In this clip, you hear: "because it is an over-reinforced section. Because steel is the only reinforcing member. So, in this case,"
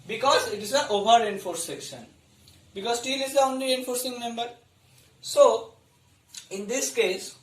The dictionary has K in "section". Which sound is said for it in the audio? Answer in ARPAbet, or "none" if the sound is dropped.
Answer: K